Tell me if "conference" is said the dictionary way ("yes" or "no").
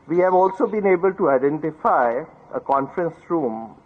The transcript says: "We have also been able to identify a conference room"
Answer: yes